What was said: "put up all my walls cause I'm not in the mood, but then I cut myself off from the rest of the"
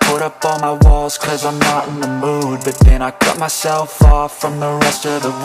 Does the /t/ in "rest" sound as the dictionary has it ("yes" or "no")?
yes